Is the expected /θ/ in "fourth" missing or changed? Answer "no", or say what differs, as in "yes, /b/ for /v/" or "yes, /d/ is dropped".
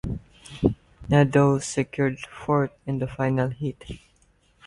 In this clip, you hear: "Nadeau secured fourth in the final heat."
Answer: yes, /t/ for /θ/